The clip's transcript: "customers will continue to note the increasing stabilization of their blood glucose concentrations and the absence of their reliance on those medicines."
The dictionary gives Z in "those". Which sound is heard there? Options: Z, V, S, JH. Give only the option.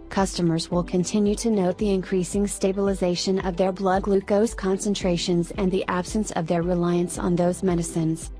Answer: Z